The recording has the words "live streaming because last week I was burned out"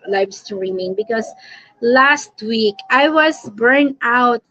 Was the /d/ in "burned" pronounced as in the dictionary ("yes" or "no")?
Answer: no